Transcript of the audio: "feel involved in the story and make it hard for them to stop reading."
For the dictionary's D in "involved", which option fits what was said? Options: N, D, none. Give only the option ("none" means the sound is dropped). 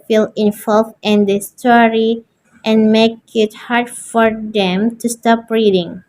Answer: none